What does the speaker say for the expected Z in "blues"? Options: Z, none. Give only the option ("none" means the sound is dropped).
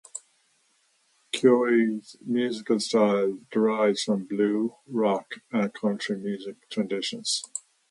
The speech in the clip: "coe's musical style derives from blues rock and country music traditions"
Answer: none